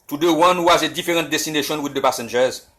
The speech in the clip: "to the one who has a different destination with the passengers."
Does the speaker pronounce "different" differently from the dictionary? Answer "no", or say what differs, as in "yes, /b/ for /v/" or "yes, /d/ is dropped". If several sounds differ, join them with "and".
yes, /n/ is dropped